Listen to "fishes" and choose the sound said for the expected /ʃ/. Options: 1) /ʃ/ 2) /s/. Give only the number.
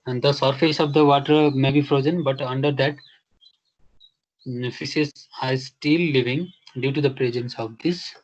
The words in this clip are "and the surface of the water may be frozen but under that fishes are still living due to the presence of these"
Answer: 2